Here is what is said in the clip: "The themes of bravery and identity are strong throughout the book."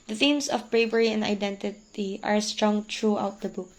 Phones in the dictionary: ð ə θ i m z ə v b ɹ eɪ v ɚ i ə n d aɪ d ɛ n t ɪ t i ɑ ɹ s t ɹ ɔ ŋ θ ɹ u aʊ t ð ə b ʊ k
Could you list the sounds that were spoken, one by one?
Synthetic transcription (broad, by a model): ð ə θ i m s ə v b ɹ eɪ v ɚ i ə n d aɪ d ɛ n t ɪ t i ɑ ɹ s t ɹ ɔ ŋ t ɹ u aʊ t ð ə b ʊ k